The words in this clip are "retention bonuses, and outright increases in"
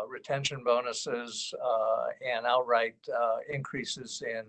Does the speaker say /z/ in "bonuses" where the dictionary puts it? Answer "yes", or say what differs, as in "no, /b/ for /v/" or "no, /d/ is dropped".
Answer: yes